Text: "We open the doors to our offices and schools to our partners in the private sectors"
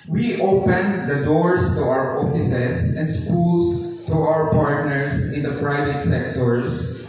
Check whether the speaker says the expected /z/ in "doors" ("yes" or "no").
no